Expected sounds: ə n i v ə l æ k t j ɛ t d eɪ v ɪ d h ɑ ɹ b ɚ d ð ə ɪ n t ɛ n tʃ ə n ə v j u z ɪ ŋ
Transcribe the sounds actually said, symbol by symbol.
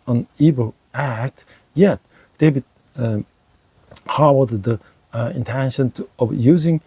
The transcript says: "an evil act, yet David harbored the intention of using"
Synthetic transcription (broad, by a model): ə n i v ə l æ k t j ɛ t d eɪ b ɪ h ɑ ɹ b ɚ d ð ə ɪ n t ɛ n ʃ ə n ə v j u z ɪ ŋ